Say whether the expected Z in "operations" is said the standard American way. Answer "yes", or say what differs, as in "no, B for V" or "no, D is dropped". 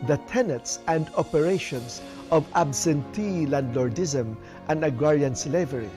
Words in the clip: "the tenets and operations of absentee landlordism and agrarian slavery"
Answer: no, S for Z